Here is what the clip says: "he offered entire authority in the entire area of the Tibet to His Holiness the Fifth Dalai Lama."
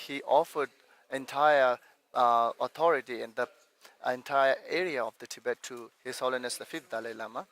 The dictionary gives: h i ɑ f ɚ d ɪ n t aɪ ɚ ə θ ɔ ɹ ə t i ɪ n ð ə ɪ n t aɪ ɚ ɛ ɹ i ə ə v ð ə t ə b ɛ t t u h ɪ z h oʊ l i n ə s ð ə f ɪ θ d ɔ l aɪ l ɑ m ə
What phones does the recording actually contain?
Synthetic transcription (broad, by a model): h i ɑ f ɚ d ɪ n t aɪ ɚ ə t ɔ ɹ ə t i ɪ n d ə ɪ n t aɪ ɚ ɛ ɹ i ə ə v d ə t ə b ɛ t t u h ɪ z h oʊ l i n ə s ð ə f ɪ f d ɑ l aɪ l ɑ m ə